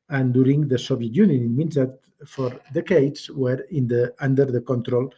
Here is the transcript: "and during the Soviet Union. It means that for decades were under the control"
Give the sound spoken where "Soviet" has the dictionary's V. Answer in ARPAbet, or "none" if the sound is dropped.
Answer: B